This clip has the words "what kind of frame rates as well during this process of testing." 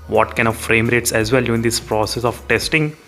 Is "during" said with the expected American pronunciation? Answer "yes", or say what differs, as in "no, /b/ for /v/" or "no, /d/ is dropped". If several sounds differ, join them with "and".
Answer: no, /ɹ/ is dropped